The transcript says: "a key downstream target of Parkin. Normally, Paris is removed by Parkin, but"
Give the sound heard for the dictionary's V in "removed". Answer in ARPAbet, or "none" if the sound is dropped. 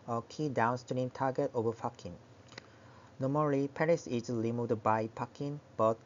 none